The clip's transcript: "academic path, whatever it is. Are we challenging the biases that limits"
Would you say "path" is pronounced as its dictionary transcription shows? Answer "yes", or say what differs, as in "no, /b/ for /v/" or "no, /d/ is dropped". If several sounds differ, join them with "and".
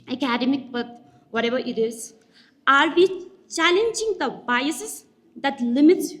no, /b/ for /p/ and /t/ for /θ/